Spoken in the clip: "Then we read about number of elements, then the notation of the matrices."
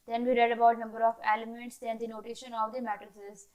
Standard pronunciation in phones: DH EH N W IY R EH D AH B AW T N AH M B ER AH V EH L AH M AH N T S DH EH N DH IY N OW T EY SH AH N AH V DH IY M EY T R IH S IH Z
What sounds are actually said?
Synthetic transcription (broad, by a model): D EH N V IY R EH D AH B AW T N AH M B ER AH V EH L AH M AH N T S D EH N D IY N OW T EY SH AH N AH V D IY M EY T R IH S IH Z